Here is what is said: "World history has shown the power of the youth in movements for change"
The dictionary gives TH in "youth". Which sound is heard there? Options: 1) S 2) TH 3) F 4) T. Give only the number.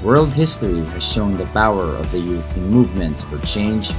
2